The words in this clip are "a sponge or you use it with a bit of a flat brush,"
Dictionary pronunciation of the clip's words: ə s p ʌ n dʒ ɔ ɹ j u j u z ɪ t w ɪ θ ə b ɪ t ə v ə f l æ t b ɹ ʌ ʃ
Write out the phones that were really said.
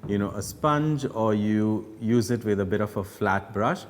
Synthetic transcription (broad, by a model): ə s p ʌ n dʒ ɔ ɹ j u j u z ɪ t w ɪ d ə b ɪ t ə f ə f l æ t b ɹ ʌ ʃ